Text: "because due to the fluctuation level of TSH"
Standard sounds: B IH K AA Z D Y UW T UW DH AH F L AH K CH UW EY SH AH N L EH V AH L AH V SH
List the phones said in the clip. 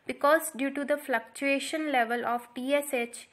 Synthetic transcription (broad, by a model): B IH K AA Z D Y UW T UW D AH F L AH K CH UW EY SH AH N L EH V AH L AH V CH